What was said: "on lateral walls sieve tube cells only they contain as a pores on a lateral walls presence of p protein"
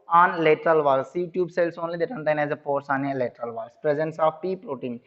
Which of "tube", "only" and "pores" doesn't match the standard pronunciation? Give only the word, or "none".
pores